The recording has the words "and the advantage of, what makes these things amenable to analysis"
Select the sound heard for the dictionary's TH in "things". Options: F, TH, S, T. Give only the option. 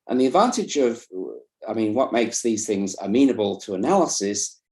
TH